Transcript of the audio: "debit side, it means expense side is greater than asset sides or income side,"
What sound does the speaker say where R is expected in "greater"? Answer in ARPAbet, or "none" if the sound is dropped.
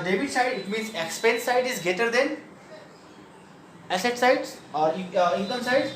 none